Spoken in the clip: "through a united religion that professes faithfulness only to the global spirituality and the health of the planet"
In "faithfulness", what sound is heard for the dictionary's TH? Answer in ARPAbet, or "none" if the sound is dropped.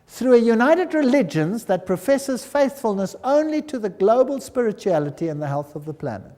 TH